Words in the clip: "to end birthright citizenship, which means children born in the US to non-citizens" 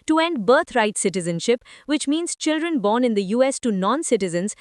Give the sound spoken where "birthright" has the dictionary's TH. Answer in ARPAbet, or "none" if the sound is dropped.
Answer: T